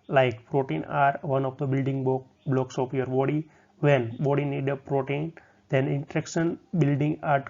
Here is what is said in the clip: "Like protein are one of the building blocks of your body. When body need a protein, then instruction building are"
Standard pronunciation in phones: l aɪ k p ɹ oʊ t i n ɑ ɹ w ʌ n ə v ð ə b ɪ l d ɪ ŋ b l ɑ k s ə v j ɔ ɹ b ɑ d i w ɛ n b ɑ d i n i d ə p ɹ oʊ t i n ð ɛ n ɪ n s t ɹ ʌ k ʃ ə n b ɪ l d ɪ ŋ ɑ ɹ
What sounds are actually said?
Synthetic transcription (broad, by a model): l aɪ k p ɹ oʊ t i n ɑ ɹ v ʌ n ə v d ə b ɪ l d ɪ ŋ b l ɑ k s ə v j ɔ ɹ b ɑ d i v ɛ n b ɑ d i n i d ə p ɹ oʊ t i n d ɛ n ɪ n t ɹ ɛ k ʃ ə n b ɪ l d ɪ ŋ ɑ ɹ